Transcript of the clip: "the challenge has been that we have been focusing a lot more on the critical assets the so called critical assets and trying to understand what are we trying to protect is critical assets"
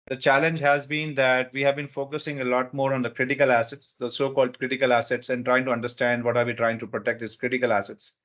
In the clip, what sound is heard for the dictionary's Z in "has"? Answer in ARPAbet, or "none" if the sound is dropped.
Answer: Z